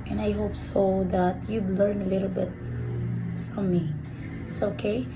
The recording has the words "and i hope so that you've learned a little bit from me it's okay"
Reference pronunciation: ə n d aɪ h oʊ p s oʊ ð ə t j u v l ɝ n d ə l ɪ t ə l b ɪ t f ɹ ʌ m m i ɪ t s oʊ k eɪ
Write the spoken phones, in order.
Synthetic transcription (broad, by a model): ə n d aɪ h oʊ p s oʊ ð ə t j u b l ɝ n ə l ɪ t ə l b ɪ t f ɹ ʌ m m i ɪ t s oʊ k eɪ